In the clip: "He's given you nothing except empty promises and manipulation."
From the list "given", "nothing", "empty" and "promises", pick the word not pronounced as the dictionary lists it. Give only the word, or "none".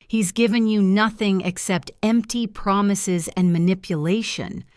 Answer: none